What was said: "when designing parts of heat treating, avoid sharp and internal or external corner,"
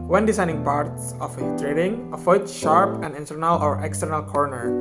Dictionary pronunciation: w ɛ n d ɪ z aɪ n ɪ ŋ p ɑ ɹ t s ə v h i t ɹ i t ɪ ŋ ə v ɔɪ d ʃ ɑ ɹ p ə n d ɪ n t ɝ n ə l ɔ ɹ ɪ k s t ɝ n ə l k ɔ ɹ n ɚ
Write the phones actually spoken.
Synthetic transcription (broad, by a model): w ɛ n d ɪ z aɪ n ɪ ŋ p ɑ ɹ t s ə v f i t ɹ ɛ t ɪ ŋ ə f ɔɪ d ʃ ɑ ɹ p ə n d ɪ n t ɝ n ə l ɔ ɹ ɪ k s t ɝ n ə l k ɔ ɹ n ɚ